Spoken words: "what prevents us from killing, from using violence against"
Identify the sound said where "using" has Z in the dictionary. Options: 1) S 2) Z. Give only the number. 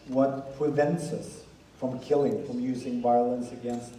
2